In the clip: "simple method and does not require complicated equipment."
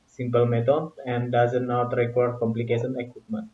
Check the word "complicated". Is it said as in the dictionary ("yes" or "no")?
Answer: no